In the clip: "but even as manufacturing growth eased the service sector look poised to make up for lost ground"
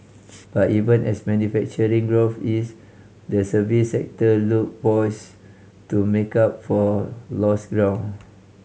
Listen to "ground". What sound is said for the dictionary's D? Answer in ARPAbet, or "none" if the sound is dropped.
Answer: none